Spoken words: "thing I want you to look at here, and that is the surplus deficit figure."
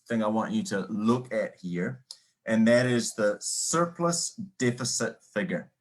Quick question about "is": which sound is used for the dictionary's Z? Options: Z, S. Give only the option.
Z